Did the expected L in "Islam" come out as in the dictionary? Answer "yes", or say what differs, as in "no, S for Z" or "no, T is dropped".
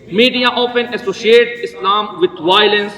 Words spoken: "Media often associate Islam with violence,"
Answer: yes